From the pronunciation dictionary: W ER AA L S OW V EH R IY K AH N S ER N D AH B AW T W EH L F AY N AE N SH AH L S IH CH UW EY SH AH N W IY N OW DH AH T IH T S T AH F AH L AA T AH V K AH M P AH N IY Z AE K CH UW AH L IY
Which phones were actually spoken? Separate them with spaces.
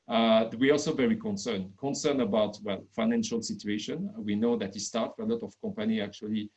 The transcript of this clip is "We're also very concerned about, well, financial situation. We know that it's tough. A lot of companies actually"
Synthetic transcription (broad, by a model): W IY AA L S OW V EH R IY K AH N S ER N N AH B AW T W EH L F AY N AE N SH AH L S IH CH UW EY SH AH N W IY N OW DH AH T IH S T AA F AH L AA T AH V K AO M P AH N IY AE K CH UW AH L IY